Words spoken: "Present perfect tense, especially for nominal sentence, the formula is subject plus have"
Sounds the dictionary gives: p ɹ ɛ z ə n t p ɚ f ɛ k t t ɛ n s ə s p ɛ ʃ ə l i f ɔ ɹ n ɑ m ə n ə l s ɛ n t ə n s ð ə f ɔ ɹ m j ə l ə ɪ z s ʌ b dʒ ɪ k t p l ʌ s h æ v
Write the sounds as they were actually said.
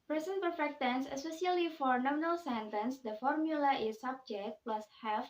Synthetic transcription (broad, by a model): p ɹ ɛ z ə n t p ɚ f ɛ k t t ɛ n s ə s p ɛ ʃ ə l i f ɔ ɹ n ɑ m ə n ə l s ɛ n t ə n s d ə f ɔ ɹ m j ə l ə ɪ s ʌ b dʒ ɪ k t p l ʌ s h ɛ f